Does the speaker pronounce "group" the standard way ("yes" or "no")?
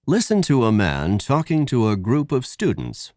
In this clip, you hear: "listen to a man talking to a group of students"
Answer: yes